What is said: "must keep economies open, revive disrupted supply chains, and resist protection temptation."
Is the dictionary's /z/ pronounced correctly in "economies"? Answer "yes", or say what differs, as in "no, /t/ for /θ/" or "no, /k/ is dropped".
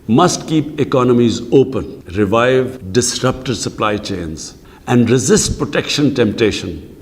yes